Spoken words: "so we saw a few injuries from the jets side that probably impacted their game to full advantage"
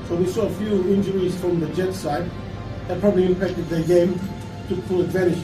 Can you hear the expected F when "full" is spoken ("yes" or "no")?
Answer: no